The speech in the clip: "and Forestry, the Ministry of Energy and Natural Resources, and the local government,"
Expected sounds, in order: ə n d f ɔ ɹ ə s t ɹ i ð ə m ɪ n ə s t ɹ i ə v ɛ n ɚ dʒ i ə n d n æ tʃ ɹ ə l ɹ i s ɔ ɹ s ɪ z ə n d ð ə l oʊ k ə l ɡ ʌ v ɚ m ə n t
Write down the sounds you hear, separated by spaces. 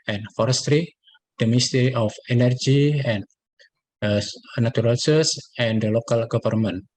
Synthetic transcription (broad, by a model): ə n f ɔ ɹ ə s t ɹ i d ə m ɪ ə s t ɹ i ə f ɛ n ɚ dʒ i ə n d n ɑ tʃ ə ɹ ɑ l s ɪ s ə n d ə l oʊ k ə l ɡ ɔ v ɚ m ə n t